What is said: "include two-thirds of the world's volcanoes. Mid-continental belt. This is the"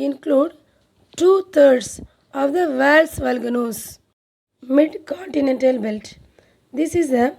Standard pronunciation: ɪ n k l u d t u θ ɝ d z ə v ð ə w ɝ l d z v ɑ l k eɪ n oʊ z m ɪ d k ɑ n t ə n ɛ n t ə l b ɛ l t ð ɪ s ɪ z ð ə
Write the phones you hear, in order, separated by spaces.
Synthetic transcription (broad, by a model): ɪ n k l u d t u t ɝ d s ə v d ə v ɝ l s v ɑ l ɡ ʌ n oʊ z m ɪ d k ɑ n t ə n ɛ n t ə l b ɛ l t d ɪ s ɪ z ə